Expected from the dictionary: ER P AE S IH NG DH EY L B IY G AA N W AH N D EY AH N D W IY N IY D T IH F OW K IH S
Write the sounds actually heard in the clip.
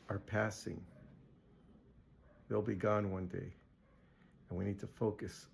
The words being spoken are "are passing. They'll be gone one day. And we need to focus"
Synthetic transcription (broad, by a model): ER P AE S IH NG DH EY L B IY G AA N W AH N D EY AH N W IY N IY D T IH F OW K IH S